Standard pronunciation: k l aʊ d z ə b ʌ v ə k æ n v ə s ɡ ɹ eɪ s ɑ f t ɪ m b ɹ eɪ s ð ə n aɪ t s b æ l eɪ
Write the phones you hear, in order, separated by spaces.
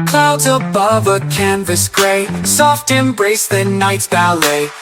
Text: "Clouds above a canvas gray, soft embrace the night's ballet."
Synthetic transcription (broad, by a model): k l aʊ d z ə b ʌ v ə k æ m v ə s ɡ ɹ eɪ s ɑ f t ɪ m b ɹ eɪ s ð ə n aɪ t s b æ l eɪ